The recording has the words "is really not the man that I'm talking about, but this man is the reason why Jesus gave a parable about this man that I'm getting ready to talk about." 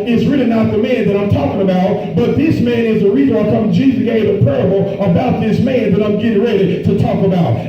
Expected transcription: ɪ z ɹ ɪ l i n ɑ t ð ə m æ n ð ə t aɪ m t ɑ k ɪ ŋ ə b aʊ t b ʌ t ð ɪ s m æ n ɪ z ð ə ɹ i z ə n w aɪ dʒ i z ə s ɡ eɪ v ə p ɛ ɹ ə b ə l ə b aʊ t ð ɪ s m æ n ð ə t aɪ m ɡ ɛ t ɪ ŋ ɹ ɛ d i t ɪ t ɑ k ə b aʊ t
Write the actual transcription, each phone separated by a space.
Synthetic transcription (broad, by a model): ɪ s ɹ ɪ l i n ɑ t ð ə m æ n ð ə t aɪ m t ɑ k ɪ ŋ ə b aʊ t b ʌ t ð ɪ s m æ n ɪ z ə ɹ i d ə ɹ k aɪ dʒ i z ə ɡ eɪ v ə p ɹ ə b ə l ə b aʊ t ð ɪ s m æ n ð ə t aɪ m ɡ ɛ t ɪ ŋ ɹ ɛ d i t ɪ t ɑ k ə b aʊ t